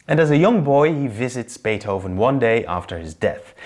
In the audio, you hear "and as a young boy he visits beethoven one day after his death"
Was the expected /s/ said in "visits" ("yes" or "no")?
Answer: yes